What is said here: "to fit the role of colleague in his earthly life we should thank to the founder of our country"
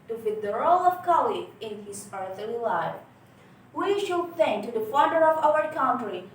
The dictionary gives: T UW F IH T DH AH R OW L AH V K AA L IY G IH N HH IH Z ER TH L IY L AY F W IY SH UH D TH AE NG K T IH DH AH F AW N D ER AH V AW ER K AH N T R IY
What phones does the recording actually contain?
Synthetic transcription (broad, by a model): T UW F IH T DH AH R OW L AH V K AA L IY IH N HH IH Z ER TH L IY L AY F W IY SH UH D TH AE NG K T IH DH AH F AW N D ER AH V AW ER K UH N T R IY